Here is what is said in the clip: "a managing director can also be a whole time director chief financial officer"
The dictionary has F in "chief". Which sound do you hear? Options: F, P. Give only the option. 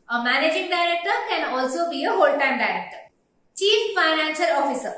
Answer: F